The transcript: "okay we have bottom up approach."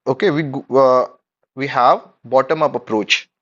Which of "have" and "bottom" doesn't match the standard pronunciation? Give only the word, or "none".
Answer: none